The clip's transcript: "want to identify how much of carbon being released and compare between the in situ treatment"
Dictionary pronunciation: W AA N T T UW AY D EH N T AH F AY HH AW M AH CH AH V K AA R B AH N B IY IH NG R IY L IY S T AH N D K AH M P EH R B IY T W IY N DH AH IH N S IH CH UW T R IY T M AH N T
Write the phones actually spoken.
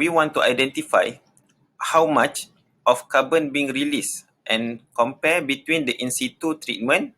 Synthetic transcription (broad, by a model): W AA N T T UW AY D EH N T AH F AY HH AW M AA CH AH F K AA B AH N B IY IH NG R IY L IY S T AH N K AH M P EH B IY T W IY N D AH IH N S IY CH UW T R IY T M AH N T